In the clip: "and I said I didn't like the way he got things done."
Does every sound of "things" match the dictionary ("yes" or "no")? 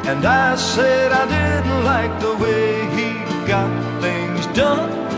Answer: yes